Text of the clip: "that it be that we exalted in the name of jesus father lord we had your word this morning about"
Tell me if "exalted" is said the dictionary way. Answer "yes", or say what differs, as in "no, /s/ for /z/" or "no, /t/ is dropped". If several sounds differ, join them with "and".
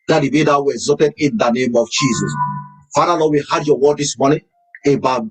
no, /l/ is dropped